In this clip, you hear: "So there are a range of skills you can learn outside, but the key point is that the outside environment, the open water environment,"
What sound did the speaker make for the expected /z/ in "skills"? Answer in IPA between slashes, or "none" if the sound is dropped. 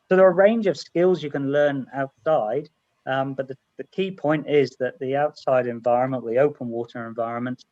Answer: /z/